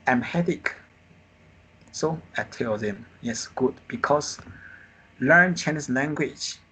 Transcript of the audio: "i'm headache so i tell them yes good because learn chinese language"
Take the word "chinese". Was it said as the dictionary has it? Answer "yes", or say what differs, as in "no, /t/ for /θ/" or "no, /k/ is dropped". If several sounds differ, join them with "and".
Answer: no, /s/ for /z/